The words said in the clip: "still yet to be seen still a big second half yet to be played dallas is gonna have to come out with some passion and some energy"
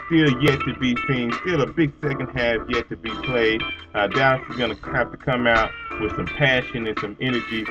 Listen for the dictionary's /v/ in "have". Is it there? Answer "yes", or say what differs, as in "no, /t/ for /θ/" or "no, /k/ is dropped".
no, /f/ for /v/